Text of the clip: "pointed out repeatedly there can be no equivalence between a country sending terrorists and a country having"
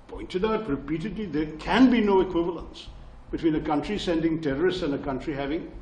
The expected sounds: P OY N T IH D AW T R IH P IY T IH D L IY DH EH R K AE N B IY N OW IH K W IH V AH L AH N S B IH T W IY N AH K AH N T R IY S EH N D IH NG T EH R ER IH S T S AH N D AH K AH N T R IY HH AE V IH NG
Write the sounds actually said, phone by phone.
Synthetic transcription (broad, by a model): P OY N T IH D AW T R IH P IY T IH D L IY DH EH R K AE N B IY N OW IH K W IH V AH L AH N S B IH T W IY N AH K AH N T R IY S EH N D IH NG T EH R ER IH S T S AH N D AH K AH N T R IY HH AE V IH NG